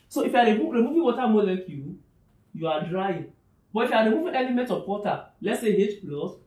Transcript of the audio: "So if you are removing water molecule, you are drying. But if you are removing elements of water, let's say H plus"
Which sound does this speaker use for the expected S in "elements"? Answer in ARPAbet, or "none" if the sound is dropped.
none